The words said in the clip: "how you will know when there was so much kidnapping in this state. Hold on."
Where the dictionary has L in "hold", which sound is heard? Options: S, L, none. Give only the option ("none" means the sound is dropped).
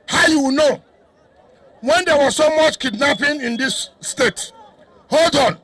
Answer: L